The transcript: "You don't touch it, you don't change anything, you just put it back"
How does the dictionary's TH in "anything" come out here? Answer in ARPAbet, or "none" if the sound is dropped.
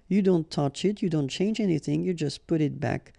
TH